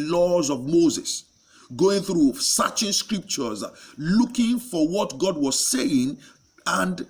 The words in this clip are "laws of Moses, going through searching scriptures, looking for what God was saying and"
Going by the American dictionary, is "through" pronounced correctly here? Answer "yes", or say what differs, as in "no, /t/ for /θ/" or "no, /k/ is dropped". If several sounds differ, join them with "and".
yes